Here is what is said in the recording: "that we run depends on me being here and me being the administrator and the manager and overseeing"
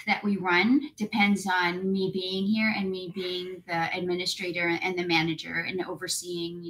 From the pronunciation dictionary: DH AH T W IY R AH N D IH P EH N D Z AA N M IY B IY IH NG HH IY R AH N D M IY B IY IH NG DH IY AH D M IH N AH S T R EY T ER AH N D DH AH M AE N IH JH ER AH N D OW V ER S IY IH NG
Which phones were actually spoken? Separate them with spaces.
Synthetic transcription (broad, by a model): DH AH T W IY R AH N D IH P EH N D Z N M IY B IY IH NG HH IY R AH N M IY B IY IH NG DH IY AH D M IH N AH S T R EY T ER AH N DH AH M AE N IH JH ER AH N OW V ER S IY IH NG